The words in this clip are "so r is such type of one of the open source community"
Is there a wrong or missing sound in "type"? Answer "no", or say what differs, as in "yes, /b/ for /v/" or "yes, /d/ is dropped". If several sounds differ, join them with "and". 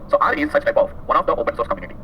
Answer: no